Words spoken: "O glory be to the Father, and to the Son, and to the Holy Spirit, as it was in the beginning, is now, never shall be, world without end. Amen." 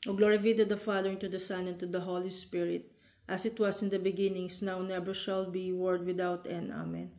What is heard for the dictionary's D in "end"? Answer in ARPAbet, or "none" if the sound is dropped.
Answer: none